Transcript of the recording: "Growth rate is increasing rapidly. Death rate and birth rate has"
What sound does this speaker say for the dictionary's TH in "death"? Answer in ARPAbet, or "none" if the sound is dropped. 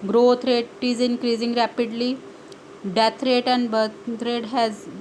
T